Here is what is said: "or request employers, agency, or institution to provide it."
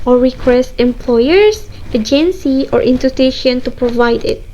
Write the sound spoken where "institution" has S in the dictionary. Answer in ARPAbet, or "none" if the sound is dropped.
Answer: none